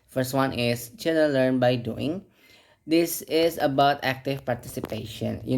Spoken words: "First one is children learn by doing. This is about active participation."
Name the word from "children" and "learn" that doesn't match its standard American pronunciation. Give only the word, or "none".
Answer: children